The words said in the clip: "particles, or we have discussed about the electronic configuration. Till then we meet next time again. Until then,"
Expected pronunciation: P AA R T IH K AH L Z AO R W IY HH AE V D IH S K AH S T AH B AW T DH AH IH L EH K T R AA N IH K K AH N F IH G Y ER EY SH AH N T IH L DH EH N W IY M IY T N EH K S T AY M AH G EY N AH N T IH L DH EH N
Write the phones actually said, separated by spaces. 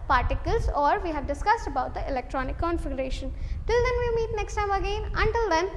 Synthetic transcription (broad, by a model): P AA R T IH K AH L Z AO R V IY HH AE V D IH S K AH S T AH B AW T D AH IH L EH K T R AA N IH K K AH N F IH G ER EY SH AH N T IH L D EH N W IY M IY T N EH K S T AY M AH G EY N AH N T IH L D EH N